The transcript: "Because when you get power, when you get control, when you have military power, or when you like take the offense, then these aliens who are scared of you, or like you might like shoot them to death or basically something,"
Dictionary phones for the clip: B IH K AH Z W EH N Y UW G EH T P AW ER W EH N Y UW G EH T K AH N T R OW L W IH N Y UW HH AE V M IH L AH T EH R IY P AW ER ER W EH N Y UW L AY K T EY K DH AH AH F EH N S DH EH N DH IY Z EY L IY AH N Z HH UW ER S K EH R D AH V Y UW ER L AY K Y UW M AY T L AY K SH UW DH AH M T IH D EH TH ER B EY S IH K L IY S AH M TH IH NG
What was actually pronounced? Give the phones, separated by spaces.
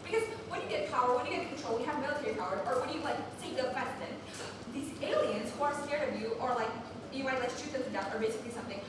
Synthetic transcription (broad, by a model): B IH K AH Z W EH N Y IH G EH T P AW ER W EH N Y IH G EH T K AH N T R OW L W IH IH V M IH L AH T EH R IY P AW ER ER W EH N Y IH L AY K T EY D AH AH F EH S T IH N DH IY Z EY L IY AH N Z HH UW ER S K EH R D AH V Y UW ER L AY K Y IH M AY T L AY K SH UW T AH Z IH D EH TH ER B EY S IH K L IY S AH M TH IH NG